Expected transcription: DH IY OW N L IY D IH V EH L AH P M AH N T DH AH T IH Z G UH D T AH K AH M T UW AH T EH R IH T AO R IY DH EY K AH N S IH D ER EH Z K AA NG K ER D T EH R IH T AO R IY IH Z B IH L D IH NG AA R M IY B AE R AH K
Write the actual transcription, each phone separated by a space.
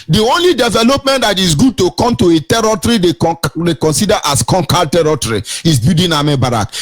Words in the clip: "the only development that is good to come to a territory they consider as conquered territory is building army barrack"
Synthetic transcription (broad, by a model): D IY OW N L IY D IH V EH L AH P M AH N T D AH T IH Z G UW D T AH K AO M T UW AH T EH R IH T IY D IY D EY K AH N S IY D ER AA S K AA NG K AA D T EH R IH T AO R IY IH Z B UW D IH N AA M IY B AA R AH K